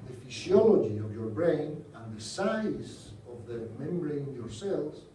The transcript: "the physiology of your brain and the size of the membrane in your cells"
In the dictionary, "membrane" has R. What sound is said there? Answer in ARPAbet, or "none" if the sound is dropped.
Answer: none